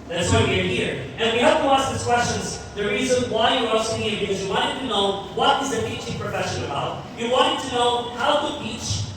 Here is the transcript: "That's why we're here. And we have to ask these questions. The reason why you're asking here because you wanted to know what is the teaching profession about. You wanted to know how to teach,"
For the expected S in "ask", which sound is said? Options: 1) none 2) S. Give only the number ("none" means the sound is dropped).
2